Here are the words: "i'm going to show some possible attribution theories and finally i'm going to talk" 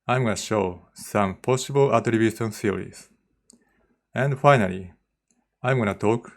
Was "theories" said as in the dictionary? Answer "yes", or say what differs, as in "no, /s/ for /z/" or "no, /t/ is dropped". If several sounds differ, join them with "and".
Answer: no, /s/ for /θ/